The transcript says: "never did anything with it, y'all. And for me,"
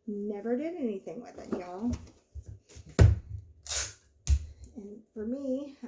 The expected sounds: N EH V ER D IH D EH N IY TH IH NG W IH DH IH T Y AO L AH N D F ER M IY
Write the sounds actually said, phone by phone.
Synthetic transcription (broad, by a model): N EH V ER D IH D EH N IY TH IH NG W IH DH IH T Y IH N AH N F ER M IY